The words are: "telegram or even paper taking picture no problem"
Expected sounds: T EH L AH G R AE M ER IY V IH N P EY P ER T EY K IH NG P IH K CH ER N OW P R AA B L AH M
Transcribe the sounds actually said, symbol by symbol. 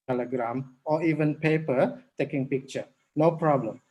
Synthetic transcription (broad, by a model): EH L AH G R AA M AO IY V IH N P EY P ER T EY K IH NG P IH K CH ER N OW P R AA B L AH M